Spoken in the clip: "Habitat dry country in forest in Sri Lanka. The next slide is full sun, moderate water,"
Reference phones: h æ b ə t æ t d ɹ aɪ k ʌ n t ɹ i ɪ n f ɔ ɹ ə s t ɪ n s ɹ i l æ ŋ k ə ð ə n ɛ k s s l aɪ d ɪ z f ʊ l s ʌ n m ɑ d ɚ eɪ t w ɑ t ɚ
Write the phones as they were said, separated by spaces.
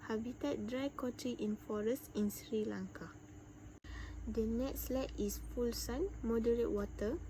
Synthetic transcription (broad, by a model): h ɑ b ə t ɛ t d ɹ aɪ k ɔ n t ɹ i ɪ n f ɔ ɹ ə s t ɪ n s ɹ i l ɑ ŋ k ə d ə n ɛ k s s l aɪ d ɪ s f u l s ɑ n m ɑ d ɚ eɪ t w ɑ t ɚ